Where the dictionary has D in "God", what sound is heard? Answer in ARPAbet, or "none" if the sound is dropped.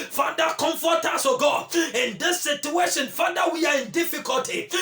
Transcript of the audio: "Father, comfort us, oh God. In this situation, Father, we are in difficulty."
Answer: none